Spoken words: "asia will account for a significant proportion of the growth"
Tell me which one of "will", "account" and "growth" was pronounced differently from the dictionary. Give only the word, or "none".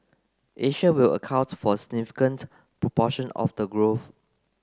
growth